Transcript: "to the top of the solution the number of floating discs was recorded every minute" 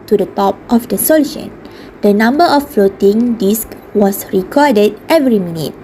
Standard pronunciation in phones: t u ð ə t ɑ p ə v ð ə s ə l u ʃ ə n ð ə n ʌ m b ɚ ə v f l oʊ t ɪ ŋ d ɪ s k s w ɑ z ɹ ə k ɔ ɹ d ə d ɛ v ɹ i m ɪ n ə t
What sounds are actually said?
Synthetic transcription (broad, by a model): t u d ə t ɑ p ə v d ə s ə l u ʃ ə n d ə n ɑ m b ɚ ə f f l oʊ t ɪ ŋ d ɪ s k w ɑ s ɹ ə k ɔ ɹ d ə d ɛ v ɹ i m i n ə t